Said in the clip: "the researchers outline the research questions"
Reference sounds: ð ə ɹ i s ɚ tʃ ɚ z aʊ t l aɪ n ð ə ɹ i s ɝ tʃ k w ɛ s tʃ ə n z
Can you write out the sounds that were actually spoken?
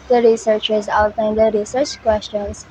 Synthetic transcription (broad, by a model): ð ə ɹ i s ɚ tʃ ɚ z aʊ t aɪ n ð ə ɹ i s ɝ tʃ k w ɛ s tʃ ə n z